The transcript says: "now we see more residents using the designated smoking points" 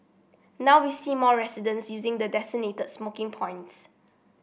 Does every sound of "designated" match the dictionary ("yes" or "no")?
no